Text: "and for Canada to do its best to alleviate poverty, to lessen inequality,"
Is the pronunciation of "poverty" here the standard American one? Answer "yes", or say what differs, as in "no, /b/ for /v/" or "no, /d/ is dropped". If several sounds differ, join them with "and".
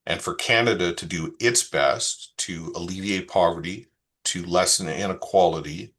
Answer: yes